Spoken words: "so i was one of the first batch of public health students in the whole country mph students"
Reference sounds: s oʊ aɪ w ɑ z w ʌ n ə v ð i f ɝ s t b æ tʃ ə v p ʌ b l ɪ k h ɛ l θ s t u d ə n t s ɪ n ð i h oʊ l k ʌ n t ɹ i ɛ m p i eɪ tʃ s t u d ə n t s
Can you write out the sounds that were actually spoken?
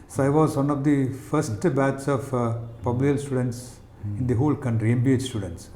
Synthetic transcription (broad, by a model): s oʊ aɪ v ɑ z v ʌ n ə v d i f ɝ s t b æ s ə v p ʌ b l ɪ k l s t u d ə n t s ɪ n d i h oʊ l k ʌ n t ɹ i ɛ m b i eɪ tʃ s t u d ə n t s